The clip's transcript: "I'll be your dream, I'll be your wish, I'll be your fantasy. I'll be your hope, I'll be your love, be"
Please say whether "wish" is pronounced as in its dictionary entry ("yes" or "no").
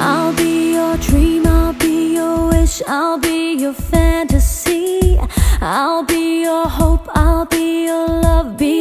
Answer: yes